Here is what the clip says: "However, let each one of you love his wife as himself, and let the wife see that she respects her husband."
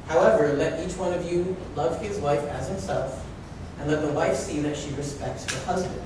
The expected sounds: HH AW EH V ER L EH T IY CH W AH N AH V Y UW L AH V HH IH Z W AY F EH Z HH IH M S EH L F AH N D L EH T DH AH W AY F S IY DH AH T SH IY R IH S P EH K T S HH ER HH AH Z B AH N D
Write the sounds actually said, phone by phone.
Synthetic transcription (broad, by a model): HH AW EH V ER L EH T IY CH W AH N AH V Y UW L AH V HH IH Z W AY F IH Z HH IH M S EH L F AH N L EH T DH AH W AY F S IY DH AH T SH IY R IH S P EH K T S HH ER HH AH Z B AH N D